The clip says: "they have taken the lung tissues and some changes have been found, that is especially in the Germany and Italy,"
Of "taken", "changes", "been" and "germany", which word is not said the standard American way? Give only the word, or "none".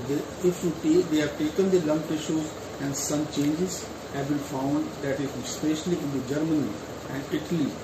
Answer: been